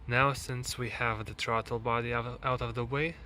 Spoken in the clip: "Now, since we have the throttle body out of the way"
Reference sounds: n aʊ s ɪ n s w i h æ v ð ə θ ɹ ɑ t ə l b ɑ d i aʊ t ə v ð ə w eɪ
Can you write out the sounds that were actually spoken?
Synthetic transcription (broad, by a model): n aʊ s ɪ n s w i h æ v ð ə t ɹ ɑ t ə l b ɑ d i aʊ t ə v ð ə w eɪ